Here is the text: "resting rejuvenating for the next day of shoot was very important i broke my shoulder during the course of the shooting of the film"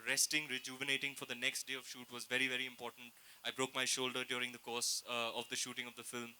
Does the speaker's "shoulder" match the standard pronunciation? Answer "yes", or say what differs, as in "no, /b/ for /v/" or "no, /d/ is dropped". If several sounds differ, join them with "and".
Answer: yes